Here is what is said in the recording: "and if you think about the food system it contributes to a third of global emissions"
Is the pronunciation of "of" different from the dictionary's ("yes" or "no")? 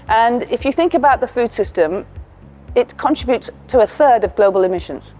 no